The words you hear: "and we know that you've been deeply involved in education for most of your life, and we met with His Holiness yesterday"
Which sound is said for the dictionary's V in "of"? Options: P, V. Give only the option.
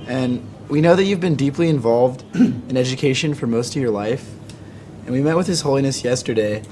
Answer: V